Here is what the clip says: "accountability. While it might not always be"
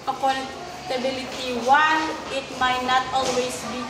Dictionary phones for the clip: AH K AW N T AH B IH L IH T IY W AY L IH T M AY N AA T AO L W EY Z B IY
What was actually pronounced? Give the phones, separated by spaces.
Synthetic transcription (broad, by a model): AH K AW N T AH B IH L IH T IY W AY N IH T M AY N AA T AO L W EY S B IY